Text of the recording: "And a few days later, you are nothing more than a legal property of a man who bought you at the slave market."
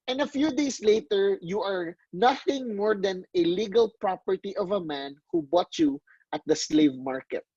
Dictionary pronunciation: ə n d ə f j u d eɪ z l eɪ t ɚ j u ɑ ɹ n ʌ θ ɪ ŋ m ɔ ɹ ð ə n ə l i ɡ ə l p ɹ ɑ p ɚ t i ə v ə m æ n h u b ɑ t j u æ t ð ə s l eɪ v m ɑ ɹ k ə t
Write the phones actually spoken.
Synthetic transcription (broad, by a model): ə n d ə f j u d eɪ s l eɪ t ɚ j u ɑ ɹ n ʌ θ ɪ ŋ m ɔ ɹ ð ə n ə l i ɡ ə l p ɹ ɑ p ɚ t i ə v ə m æ n h u b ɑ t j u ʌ t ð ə s l eɪ v m ɑ ɹ k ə t